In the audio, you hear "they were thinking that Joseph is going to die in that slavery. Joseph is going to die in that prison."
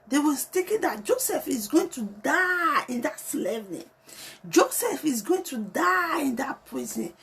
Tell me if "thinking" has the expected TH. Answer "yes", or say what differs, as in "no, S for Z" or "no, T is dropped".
no, T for TH